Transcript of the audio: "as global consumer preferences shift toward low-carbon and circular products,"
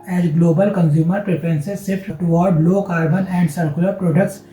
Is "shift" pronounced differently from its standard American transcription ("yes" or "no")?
yes